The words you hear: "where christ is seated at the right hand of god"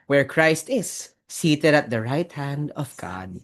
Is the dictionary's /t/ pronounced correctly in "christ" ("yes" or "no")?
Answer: yes